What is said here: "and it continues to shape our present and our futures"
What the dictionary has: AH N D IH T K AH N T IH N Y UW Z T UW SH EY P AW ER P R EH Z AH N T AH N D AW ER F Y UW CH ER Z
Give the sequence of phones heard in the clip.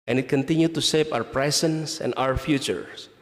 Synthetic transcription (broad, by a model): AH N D IH T K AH N T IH N Y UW T UW S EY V AW ER P R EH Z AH N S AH N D AW ER F Y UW CH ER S